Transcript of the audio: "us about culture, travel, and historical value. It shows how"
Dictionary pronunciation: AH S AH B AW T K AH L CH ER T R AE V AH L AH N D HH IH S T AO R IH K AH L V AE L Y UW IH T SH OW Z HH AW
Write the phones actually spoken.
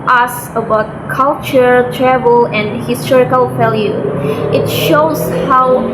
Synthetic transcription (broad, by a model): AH S AH B AW T K AH L CH ER T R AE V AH L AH N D HH IH S T AO R IH K AH L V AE L Y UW IH T SH OW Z HH AW